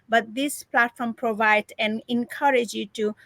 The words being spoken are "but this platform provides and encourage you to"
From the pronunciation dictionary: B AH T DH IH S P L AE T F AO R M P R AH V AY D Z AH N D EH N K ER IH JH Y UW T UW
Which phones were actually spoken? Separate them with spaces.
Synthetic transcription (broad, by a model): B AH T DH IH S P L AE T F AO R M P R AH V AY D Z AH N EH N K ER IH JH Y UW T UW